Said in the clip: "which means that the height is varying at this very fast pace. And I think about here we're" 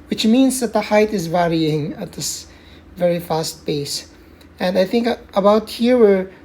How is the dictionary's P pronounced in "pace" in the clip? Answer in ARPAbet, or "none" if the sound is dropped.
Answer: B